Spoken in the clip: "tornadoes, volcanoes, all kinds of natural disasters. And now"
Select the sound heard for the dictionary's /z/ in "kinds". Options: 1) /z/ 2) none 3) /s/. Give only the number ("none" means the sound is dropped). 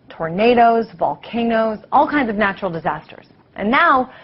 1